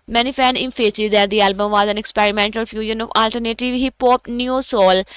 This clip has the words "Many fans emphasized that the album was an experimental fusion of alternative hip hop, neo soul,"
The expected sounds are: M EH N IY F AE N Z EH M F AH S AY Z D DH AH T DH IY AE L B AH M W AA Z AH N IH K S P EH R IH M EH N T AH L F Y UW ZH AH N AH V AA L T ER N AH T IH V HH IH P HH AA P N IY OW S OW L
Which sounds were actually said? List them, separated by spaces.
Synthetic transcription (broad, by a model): M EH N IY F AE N IH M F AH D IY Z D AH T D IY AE L B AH M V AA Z AH N IH K S P EH R IH M EH N T AH L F Y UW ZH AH N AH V AA L T ER N AH T IH V HH IH P HH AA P N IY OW S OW L